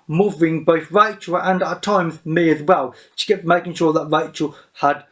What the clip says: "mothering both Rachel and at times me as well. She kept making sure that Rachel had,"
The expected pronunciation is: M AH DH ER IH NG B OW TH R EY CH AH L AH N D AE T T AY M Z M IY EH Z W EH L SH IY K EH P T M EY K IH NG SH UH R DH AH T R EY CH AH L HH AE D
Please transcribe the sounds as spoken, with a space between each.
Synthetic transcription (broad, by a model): M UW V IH NG B OW TH R EY CH AH L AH N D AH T T AY M Z M IY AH Z W EH L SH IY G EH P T M EY K IH NG SH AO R DH AH T R EY CH AH L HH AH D